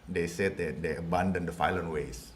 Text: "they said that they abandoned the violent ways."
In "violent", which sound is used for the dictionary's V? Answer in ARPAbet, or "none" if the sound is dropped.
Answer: F